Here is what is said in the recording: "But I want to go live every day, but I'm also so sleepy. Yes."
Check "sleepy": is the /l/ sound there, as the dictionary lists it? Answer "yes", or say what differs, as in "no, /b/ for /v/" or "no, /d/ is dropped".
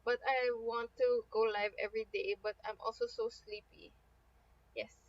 yes